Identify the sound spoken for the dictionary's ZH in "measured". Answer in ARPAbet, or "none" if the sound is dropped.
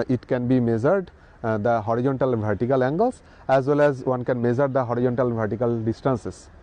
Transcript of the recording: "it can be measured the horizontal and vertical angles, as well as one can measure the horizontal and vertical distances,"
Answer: Z